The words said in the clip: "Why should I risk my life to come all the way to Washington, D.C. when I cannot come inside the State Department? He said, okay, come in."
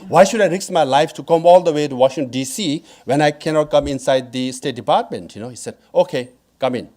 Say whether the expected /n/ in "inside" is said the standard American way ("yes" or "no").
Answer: yes